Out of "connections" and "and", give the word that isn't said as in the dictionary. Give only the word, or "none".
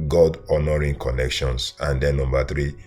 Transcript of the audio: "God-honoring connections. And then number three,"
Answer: connections